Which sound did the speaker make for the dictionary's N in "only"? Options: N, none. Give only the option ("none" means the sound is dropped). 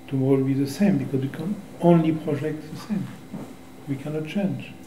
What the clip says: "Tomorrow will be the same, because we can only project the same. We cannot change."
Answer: N